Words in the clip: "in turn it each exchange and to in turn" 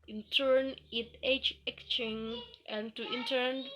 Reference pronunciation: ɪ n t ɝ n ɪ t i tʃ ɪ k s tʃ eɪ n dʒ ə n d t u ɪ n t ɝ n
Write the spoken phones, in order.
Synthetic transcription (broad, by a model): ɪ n t ɝ n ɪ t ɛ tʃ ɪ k tʃ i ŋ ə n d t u ɪ n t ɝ n